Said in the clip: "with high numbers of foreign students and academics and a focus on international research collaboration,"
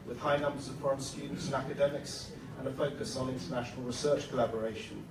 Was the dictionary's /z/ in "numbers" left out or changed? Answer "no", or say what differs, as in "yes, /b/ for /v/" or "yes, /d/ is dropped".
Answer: no